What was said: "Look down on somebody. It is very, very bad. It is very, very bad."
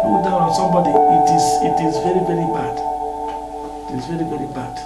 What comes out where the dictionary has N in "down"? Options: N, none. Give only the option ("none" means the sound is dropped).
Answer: none